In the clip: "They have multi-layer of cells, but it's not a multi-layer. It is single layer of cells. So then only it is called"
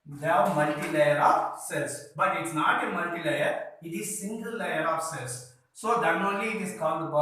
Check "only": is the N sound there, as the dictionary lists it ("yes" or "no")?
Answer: no